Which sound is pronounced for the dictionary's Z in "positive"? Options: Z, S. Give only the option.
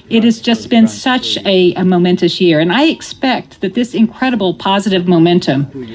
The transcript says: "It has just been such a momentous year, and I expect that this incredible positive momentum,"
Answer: Z